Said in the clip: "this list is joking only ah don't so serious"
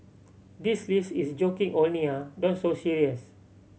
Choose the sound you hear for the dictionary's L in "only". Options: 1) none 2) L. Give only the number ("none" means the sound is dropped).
1